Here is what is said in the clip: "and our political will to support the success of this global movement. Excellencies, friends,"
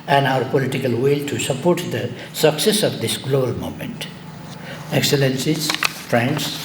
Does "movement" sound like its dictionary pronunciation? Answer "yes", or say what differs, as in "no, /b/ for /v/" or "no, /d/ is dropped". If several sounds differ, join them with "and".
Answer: no, /v/ is dropped